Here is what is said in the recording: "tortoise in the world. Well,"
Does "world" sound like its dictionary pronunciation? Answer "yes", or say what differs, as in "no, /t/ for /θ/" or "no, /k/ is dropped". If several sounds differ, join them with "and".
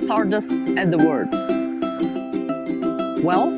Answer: no, /l/ is dropped